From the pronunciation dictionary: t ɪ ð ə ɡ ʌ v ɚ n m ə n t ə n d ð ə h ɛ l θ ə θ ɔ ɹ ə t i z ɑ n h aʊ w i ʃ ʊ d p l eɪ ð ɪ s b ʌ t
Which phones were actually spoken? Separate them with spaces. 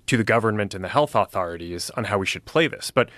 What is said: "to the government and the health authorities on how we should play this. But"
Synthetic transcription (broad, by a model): t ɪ ð ə ɡ ʌ v ɚ n m ə n t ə n ð ə h ɛ l θ ə θ ɔ ɹ ə t i z n h aʊ w i ʃ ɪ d p l eɪ ð ɪ s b ʌ t